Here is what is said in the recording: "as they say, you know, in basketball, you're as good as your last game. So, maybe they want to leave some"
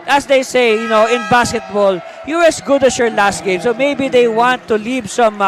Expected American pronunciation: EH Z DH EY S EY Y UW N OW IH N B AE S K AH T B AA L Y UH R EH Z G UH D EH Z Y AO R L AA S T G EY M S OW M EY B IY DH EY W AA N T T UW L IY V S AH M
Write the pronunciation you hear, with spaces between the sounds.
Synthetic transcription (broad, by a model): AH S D EY S EY Y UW N OW IH N B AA S K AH T B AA L Y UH R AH S G UH D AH S Y AO R L AA S T G EY M S OW M EY B IY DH EY W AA N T T UW L IY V S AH M